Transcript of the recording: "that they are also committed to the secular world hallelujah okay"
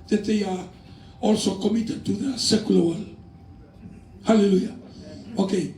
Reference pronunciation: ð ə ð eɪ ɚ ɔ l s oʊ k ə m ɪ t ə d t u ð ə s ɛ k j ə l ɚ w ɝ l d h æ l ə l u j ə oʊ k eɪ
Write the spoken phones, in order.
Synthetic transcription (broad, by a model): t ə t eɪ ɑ ɔ l s oʊ k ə m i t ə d t u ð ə s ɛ k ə l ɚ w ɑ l h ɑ l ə l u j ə oʊ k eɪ